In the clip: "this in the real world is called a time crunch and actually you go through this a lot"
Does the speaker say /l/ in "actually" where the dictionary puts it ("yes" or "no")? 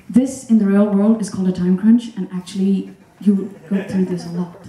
yes